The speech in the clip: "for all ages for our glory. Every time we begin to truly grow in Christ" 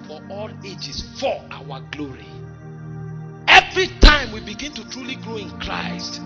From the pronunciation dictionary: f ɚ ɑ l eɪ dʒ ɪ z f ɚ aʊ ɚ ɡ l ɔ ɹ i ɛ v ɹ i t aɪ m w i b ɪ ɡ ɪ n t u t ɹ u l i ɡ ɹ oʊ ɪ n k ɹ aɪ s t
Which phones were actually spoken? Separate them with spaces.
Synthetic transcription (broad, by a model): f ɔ ɑ l eɪ dʒ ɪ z f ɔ aʊ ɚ ɡ l ɔ ɹ i ɛ v ɹ i t aɪ m w i b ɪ ɡ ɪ n t u t ɹ u l i ɡ ɹ oʊ ɪ n k ɹ aɪ s t